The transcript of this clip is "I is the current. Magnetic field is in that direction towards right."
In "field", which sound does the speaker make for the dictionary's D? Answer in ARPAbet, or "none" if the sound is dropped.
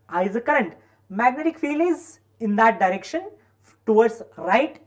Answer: none